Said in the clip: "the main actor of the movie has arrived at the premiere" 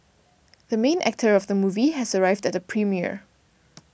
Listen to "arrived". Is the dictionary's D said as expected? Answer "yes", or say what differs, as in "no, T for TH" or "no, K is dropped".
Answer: yes